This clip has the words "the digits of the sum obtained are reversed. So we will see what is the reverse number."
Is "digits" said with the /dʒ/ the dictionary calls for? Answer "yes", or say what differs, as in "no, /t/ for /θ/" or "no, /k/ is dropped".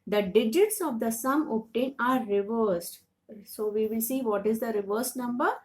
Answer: yes